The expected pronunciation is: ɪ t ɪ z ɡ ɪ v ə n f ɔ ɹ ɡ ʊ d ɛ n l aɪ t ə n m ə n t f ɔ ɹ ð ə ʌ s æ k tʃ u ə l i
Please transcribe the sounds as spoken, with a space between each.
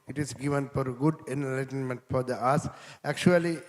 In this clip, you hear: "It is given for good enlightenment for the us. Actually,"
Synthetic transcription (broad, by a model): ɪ t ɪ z ɡ ɪ v ə n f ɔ ɹ ɡ ʊ d ɛ n l aɪ t ə n m ə n t f ɔ ɹ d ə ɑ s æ k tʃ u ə l i